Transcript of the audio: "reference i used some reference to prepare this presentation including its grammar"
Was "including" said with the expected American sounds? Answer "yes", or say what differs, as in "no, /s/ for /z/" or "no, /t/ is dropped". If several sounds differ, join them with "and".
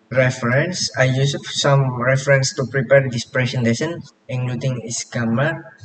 no, /k/ is dropped